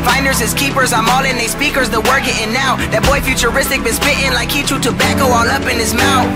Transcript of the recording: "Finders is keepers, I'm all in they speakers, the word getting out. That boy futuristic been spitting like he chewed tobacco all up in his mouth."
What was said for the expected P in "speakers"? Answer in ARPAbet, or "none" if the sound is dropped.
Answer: P